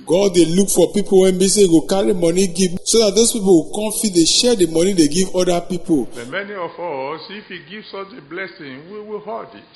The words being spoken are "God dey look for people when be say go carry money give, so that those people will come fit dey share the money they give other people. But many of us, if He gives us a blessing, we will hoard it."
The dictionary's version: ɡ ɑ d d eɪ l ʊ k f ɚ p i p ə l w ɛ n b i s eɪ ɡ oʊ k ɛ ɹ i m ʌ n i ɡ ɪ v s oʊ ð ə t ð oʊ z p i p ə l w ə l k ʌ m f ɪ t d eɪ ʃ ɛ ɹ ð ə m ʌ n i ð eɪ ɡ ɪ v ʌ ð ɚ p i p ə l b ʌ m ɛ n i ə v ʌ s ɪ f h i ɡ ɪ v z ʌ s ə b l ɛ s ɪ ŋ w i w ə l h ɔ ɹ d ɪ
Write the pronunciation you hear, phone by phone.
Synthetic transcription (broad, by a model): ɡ ɑ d d eɪ l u k f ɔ p i p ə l w ɛ n b i s eɪ ɡ oʊ k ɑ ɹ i m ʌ n i ɡ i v s oʊ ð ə t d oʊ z p i p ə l w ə k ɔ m f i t d eɪ ʃ ɛ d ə m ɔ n i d eɪ ɡ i v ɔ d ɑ p i p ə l m ɛ n i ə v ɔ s ɪ f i ɡ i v s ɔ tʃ ə b l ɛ s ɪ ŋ w i w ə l h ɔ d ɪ